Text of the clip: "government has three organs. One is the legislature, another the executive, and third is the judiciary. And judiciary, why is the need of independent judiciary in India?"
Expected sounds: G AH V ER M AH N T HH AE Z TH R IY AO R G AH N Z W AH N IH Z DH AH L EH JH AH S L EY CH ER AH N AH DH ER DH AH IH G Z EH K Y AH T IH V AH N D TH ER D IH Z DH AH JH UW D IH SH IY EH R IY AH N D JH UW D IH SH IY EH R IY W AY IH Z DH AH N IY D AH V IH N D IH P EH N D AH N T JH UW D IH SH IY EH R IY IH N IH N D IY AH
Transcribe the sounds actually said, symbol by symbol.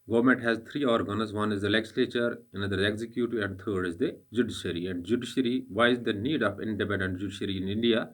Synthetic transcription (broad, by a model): G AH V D M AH N T HH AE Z T R IY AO R G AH N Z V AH N IH Z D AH L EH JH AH S L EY CH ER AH N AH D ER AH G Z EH K Y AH T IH AH N D T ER D IH Z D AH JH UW D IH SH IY R IY AH N D JH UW D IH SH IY R IY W AY IH Z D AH N IY D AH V IH N D IH P EH N D AH N T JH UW D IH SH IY R IY IH N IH N D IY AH